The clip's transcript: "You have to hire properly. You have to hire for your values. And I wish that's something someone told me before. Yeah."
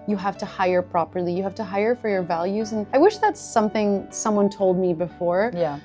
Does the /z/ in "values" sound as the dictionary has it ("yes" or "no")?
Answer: yes